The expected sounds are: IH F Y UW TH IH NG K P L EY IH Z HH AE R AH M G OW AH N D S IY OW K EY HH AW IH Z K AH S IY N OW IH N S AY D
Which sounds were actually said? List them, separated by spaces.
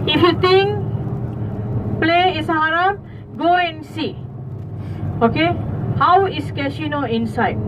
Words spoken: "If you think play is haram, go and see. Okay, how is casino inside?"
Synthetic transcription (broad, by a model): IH F Y UW T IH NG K P L EY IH S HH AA R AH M G OW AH N S IY OW K EY HH AW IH S K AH SH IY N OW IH N S AY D